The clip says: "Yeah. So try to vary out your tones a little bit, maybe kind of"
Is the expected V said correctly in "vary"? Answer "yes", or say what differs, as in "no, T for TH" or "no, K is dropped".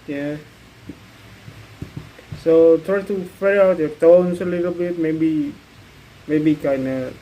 no, F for V